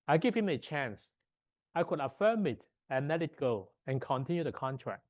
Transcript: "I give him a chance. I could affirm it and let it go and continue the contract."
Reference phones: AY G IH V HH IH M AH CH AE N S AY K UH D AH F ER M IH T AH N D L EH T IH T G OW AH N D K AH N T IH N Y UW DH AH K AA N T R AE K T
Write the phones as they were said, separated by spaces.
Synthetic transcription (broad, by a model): AY G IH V HH IH M AH CH AE N S AY K UH D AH F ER M IH T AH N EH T IH T G OW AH N K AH N T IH N Y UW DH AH K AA N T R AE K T